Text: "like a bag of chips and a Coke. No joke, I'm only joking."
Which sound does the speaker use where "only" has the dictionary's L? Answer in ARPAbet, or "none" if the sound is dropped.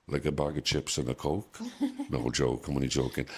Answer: none